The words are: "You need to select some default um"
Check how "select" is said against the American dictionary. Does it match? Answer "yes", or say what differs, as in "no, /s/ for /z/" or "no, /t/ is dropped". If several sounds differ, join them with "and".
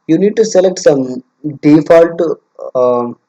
yes